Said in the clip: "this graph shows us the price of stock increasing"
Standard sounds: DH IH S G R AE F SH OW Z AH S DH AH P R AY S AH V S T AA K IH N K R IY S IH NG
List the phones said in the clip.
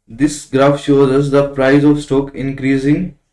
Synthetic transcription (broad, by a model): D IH S G R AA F SH OW Z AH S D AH P R AY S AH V S T AA K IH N K R IY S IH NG